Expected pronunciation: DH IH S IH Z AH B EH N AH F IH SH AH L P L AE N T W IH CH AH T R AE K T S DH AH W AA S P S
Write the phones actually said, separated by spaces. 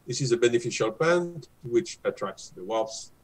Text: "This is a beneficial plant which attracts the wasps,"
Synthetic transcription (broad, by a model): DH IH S IH Z AH B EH N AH F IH SH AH L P AE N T W IH CH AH T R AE K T S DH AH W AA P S